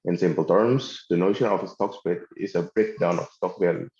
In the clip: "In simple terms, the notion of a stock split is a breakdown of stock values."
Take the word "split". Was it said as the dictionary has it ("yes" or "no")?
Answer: no